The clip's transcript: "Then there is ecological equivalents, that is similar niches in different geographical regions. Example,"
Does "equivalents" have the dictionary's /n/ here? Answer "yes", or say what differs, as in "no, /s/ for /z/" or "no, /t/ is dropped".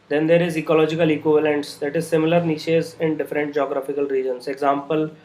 yes